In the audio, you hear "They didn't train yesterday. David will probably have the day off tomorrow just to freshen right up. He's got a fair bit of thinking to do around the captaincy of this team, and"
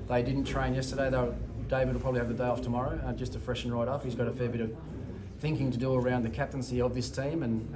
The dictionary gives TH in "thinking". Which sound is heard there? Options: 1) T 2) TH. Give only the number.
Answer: 2